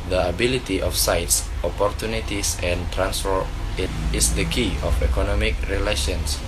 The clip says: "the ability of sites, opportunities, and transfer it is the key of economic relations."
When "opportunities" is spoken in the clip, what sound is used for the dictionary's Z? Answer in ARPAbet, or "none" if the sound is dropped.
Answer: S